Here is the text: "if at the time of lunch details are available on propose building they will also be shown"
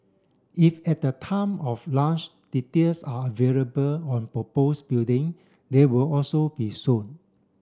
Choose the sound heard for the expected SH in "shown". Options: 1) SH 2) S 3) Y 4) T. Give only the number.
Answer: 2